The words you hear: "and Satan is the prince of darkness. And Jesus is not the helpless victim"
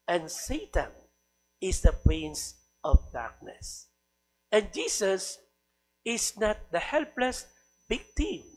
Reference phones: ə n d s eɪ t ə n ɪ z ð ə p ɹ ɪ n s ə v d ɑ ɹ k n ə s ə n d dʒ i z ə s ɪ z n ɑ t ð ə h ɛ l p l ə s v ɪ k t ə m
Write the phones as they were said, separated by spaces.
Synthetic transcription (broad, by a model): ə n s eɪ t ə n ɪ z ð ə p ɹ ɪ n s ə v d ɑ ɹ k n ə s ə n dʒ i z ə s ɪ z n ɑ t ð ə h ɛ l p l ə s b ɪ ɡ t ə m